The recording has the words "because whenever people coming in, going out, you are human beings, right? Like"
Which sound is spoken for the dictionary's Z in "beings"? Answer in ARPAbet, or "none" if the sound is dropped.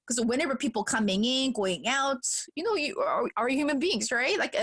Z